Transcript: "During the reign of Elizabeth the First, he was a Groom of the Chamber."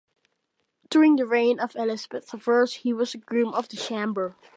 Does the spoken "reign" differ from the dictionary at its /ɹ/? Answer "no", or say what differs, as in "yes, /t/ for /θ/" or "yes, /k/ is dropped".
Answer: no